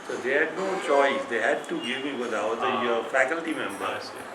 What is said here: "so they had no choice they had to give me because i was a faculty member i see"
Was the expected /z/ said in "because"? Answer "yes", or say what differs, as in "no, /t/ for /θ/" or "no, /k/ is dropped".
no, /z/ is dropped